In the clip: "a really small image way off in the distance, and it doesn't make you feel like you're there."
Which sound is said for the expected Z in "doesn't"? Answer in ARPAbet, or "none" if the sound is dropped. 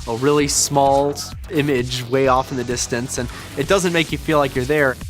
Z